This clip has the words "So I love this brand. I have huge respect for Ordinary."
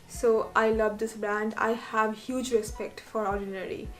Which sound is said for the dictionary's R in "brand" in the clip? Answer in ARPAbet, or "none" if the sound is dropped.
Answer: R